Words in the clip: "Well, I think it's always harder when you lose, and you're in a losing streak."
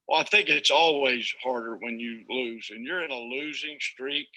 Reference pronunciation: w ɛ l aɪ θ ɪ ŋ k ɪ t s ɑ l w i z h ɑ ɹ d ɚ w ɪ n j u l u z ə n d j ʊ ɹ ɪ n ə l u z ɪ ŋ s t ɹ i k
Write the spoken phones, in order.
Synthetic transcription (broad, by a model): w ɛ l aɪ θ ɪ ŋ k ɪ t s ɑ l w i z h ɑ ɹ d ɚ w ɪ n j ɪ l u z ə n j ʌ ɹ ɪ n ə l u z ɪ ŋ s t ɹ i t